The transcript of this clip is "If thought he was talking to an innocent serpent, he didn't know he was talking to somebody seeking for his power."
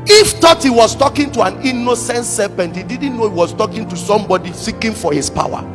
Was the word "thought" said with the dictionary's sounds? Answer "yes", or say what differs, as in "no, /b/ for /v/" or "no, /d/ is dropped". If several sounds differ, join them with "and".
no, /t/ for /θ/